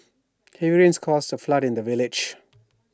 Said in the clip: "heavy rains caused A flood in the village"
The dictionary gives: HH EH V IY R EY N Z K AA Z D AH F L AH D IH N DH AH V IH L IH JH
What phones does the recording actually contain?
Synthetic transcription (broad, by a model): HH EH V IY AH N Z K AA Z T AH F L AH D IH N DH AH V IH L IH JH